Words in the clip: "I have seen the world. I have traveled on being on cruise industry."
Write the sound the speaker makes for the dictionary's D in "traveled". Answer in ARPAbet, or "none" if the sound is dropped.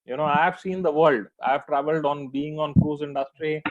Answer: D